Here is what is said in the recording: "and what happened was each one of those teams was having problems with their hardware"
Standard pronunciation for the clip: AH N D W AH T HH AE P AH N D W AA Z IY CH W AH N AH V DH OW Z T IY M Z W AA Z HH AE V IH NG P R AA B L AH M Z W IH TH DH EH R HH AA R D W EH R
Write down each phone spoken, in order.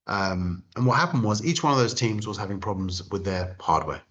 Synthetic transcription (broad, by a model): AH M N W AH T HH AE P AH N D W AA Z IY CH W AH N AH V DH OW Z T IY M Z W AA Z HH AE V IH NG P R AA B L AH M Z W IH DH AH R HH AA D W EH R